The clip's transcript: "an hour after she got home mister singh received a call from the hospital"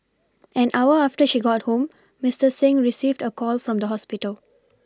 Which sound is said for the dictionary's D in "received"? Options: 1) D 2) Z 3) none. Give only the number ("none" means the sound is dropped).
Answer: 1